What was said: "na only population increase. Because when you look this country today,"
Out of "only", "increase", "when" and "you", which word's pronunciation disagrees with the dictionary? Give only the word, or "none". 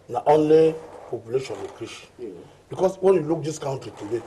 increase